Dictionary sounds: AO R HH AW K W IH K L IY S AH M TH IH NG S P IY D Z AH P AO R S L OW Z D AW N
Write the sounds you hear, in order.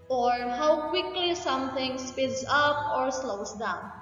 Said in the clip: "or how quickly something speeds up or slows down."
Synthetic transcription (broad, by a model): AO R HH AW K W IH K L IY S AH M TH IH NG S P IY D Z AH P AO R S L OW S D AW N